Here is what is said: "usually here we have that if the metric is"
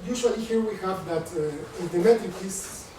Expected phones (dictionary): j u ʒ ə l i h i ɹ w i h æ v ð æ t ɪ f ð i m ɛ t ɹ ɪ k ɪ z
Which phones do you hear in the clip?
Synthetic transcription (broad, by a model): j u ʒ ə l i h i ɹ w i h æ v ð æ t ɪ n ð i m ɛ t ɪ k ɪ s